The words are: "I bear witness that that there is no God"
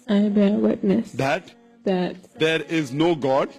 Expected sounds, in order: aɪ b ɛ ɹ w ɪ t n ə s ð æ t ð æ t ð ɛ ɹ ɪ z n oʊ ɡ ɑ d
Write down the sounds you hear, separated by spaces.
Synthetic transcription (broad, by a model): aɪ b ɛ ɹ w ɪ t n ə s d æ t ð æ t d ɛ ɹ ɪ z n oʊ ɡ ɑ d